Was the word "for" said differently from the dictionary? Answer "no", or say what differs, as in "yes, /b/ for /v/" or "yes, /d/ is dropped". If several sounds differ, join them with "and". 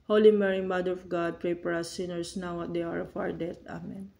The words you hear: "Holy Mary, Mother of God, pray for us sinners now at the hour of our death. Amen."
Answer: yes, /p/ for /f/